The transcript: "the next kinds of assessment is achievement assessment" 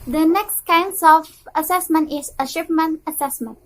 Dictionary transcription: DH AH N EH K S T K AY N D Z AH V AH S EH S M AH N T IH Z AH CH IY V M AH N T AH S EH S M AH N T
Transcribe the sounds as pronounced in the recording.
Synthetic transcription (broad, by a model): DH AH N EH K S T K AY N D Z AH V AH S EH S M AH N T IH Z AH SH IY P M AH N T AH S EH S M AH N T